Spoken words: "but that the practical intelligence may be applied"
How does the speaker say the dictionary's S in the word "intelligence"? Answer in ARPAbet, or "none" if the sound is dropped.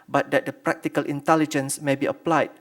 S